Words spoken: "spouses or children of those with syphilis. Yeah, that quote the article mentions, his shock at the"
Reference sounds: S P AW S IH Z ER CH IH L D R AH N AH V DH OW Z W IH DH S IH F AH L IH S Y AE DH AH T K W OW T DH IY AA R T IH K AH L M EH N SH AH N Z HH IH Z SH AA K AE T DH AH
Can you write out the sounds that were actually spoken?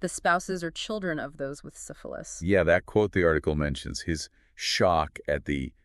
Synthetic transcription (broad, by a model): S P AW S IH Z ER CH IH L D R AH N AH V DH OW Z W IH DH S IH F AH L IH S Y AE DH AH T K W OW T DH IY AA R T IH K L M EH N SH AH N Z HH IH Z SH AA K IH T DH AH